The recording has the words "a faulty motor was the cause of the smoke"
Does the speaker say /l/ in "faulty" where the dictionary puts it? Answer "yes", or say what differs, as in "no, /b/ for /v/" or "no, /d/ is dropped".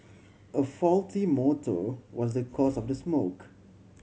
yes